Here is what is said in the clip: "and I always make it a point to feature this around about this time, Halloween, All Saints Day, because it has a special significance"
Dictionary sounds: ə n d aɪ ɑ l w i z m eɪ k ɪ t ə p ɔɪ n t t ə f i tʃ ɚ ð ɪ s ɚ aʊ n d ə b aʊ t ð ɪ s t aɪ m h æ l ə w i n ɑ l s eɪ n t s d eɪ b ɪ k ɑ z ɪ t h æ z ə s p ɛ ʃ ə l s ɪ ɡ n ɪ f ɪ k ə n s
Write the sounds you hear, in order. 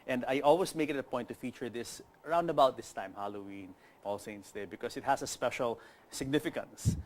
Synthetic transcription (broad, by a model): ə n d aɪ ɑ l w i s m eɪ k ɪ t ə p ɔɪ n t t ə f i tʃ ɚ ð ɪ s ɚ aʊ n d ə b aʊ t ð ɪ s t aɪ m h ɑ l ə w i n ɑ l s eɪ n t s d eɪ b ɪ k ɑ s ɪ t h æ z ə s p ɛ ʃ ə l s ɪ ɡ n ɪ f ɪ k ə n s